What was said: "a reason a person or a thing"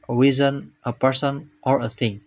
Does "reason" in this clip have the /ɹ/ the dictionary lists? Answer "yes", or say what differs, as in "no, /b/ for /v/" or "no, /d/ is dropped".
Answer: no, /w/ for /ɹ/